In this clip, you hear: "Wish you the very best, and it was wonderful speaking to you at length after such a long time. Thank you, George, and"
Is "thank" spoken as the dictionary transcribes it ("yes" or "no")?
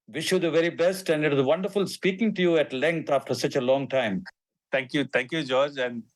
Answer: no